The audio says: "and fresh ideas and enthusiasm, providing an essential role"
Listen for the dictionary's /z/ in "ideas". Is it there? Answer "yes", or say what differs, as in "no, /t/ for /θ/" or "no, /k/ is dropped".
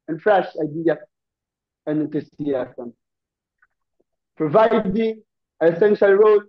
no, /z/ is dropped